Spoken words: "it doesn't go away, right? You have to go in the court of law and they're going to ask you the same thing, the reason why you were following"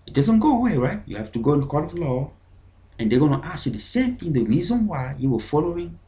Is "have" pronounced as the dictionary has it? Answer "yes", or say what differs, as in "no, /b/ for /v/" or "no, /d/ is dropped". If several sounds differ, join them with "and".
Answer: no, /f/ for /v/